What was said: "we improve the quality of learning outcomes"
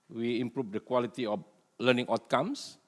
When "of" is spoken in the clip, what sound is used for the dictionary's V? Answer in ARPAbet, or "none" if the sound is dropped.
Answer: F